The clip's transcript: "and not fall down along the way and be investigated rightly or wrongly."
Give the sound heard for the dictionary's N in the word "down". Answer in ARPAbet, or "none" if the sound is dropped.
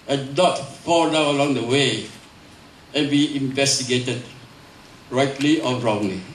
none